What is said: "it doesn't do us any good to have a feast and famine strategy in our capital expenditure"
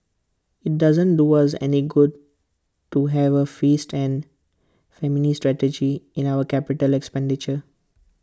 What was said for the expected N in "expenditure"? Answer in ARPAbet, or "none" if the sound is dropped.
N